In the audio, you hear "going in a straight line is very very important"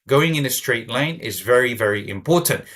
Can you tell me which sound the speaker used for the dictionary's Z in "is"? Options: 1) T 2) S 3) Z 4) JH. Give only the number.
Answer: 3